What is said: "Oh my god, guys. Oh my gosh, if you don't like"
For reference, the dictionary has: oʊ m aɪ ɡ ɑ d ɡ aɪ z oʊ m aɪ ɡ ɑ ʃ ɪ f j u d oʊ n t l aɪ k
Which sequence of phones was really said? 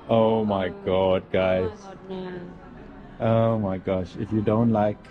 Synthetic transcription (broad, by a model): oʊ m aɪ ɡ ɑ d ɡ aɪ z oʊ m aɪ ɡ ɑ ʃ ɪ f j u d oʊ n t l aɪ k